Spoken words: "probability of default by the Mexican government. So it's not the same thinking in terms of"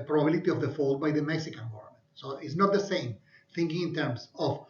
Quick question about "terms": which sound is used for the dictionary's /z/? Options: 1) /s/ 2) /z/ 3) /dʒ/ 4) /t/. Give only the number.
1